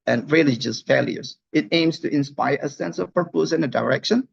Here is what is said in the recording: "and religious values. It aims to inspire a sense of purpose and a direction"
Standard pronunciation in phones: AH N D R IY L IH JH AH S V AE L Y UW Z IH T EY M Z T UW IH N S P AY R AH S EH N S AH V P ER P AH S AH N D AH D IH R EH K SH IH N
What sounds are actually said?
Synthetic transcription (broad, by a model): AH N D R IY L IH JH AH S F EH L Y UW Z IH T EY M S T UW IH N S P AY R AH S EH N S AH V P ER P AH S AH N AH D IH R EH K SH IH N